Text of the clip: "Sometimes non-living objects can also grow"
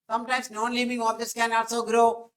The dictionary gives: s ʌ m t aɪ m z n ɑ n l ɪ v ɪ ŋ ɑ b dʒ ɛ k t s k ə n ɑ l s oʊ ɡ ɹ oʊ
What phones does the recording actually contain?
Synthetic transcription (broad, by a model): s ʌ m t aɪ m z n ɑ n l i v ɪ ŋ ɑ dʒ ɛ t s k ə n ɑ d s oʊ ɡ ɹ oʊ